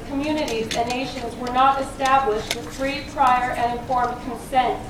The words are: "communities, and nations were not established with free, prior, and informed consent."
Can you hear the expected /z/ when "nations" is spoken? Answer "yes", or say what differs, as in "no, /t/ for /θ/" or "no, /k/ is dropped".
yes